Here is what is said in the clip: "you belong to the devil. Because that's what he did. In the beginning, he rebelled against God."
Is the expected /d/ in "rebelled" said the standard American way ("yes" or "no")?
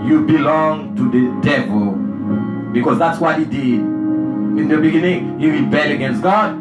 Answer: no